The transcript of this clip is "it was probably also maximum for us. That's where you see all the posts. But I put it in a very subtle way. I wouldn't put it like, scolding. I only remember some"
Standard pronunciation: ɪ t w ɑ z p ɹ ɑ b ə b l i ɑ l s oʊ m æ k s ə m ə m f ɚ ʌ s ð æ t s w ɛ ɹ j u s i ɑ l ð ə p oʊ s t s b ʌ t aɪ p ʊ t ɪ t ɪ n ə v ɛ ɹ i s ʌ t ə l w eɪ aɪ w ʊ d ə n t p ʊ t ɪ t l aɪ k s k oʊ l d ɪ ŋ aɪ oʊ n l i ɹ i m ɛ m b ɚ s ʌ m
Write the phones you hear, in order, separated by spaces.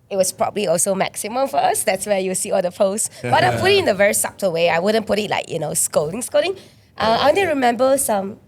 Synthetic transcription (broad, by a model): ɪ t w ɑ s p ɹ ɑ b ə b l i ɑ l s oʊ m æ k s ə m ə m f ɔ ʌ s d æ t s w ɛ j u s i ɑ l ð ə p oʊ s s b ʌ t aɪ p ʊ t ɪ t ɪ n ə v ɛ ɹ i s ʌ t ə w eɪ aɪ w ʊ d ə n p ʊ t ɪ t l aɪ k s k oʊ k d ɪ ŋ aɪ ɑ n i ɹ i m ɛ m b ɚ s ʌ m